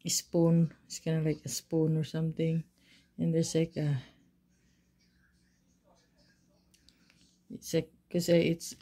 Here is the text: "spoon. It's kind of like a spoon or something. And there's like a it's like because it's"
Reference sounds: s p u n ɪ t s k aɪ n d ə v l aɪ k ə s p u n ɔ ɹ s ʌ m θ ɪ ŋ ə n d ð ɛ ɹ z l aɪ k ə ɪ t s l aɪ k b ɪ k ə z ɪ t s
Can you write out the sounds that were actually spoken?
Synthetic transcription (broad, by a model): s p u n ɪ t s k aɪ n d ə l aɪ k ə s p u n ɔ ɹ s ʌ m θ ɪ ŋ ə n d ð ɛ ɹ s l aɪ k ə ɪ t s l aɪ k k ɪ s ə ɪ t s